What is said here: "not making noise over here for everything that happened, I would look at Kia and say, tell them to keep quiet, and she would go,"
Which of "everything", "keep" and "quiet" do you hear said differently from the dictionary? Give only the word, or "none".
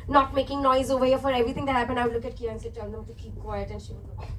everything